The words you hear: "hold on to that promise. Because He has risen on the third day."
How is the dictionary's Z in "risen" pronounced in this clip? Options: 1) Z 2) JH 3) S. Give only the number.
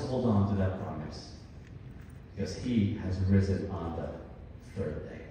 1